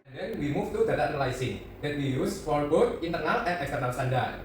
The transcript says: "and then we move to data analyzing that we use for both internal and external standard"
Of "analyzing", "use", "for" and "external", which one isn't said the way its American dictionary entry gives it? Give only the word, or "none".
analyzing